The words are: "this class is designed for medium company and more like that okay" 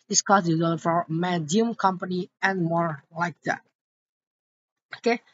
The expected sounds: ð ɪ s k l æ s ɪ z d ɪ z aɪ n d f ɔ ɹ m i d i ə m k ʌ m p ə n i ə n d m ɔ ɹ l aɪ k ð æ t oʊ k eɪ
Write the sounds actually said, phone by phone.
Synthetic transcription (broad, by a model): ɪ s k ɔ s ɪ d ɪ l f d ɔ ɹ m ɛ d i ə m k ʌ m p ə n i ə n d m ɔ ɹ l aɪ k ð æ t oʊ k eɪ